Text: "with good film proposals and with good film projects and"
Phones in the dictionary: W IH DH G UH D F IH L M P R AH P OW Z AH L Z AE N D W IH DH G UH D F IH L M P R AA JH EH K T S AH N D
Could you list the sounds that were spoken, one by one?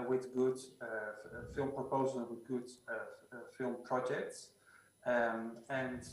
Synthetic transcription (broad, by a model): W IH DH G UH D F IH L M P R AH P OW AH Z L W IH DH G UH D F IH L M P R AA JH EH K T S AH N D